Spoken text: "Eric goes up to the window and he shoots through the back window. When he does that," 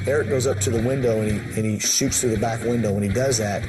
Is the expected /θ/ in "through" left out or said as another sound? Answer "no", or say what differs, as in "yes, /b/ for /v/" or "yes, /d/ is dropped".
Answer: no